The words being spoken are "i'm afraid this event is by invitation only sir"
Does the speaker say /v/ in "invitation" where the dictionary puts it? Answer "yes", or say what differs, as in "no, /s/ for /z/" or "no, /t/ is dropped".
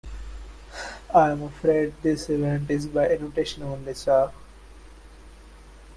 no, /v/ is dropped